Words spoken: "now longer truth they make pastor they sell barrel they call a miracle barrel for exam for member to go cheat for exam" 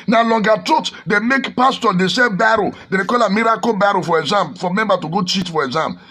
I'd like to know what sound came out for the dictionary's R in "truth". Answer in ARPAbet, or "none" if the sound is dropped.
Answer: none